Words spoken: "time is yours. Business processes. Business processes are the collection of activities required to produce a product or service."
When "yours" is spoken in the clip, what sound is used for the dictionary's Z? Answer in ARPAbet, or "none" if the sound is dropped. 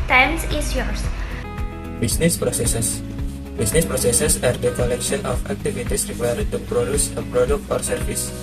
S